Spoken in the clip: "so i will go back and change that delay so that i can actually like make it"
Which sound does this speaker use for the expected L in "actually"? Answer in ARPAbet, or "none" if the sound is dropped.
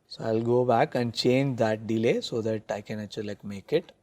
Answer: none